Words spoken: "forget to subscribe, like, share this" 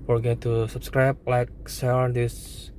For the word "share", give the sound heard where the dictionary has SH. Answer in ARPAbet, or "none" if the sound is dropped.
S